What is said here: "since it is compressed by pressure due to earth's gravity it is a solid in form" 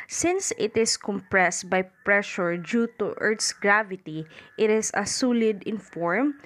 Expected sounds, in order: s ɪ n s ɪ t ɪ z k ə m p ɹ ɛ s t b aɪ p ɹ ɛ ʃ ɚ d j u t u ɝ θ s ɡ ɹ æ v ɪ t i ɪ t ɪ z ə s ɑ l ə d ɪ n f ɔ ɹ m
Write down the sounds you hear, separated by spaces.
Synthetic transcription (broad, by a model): s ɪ n s ɪ t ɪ s k ə m p ɹ ɛ s t b aɪ p ɹ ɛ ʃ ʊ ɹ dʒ u t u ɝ t s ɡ ɹ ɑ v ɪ t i ɪ t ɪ s ə s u l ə d ɪ n f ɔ ɹ m